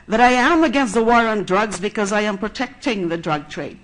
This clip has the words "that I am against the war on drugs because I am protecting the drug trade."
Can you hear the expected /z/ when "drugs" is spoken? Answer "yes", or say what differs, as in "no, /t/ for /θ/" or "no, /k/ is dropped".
yes